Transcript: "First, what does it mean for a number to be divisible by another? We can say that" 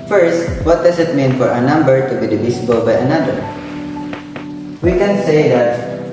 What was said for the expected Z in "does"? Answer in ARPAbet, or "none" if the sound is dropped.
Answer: S